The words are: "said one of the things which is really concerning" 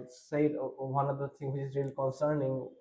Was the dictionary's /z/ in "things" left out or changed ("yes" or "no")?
yes